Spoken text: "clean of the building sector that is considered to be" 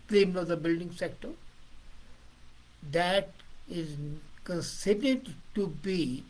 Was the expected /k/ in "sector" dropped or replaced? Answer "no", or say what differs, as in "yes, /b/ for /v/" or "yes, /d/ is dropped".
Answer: no